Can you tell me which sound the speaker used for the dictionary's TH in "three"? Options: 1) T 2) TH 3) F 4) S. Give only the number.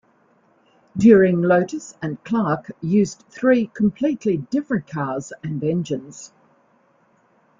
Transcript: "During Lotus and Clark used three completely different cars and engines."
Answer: 2